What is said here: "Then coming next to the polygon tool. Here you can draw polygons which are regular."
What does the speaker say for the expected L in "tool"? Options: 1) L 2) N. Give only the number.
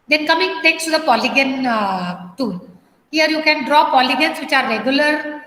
2